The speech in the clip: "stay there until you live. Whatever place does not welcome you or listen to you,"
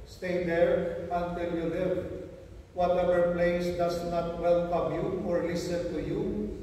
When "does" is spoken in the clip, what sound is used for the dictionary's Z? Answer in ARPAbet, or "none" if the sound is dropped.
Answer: S